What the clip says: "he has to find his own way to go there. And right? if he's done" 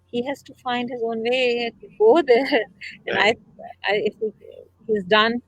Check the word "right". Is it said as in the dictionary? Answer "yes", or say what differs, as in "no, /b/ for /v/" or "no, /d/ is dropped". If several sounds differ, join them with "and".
no, /t/ is dropped